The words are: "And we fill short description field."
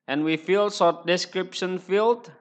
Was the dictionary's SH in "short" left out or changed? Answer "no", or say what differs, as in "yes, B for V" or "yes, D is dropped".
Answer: yes, S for SH